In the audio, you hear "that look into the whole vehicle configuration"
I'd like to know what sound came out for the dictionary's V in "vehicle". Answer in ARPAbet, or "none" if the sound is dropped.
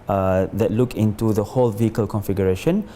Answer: V